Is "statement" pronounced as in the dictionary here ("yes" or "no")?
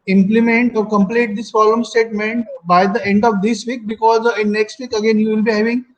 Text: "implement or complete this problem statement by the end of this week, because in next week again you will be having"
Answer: yes